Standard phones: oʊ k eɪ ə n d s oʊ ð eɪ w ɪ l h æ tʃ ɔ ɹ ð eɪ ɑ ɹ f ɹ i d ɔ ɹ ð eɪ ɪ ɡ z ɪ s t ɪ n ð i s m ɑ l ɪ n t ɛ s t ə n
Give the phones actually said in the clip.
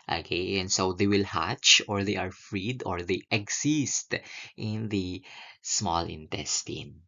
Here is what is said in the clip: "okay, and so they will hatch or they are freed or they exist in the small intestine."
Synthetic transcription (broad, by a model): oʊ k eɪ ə n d s oʊ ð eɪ w ɪ l h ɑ tʃ ɔ ɹ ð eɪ ɑ ɹ f ɹ i d ɔ ɹ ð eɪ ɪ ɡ s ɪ s t ɪ n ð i s m ɑ l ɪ n t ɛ s t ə n